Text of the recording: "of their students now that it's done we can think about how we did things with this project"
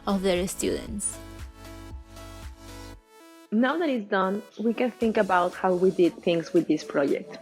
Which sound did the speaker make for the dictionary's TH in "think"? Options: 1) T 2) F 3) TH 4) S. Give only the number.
3